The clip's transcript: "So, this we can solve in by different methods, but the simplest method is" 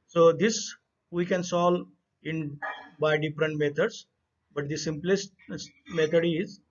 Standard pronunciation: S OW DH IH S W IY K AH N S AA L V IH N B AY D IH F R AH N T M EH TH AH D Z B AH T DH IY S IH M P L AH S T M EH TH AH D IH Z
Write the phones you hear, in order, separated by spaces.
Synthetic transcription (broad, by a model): S OW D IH S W IY K AH N S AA L IH N B AY D IH F R AH N T M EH T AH D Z B AH T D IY S IH M P L AH S T M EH T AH D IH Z